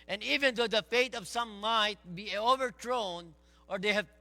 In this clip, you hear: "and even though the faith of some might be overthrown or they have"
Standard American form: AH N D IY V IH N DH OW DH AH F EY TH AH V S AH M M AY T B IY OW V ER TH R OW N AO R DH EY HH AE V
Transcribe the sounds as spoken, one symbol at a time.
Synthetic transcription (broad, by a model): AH N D IY V IH N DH OW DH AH F EY T AH V S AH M M AY T B IY OW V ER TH R OW N AO R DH EY HH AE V